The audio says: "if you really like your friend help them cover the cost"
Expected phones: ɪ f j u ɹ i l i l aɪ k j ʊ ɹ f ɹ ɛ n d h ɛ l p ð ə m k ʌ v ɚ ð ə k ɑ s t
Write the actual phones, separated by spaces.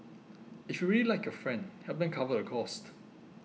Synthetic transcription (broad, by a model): ɪ f j u ɹ i l i l aɪ k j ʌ f ɹ ɛ n d h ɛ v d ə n k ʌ v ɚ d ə k ɑ s t